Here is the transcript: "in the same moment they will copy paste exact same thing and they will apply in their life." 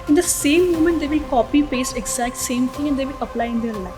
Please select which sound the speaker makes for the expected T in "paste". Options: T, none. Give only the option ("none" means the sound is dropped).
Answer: none